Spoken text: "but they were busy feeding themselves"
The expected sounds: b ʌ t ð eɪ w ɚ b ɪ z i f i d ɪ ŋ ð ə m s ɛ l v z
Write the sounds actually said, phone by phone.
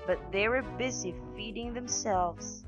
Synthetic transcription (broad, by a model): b ʌ t ð eɪ w ɚ b ɪ z i f i d ɪ ŋ ð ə m s ɛ l v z